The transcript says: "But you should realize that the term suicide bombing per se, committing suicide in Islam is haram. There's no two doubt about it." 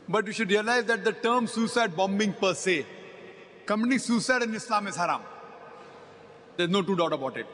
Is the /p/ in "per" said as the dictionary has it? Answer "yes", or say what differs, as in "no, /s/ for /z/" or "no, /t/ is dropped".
yes